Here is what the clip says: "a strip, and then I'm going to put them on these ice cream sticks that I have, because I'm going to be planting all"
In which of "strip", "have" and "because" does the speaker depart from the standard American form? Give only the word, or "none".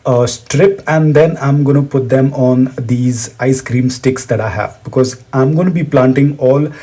none